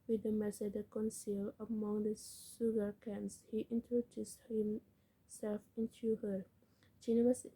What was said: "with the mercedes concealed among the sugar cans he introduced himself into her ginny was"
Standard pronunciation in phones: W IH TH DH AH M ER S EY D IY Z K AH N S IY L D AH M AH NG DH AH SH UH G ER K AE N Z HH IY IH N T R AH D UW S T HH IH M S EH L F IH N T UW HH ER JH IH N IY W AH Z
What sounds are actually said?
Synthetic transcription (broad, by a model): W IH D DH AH M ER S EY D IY K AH N S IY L AH M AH NG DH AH S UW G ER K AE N S HH IY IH N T R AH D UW S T HH IH M S EH L F IH N T UW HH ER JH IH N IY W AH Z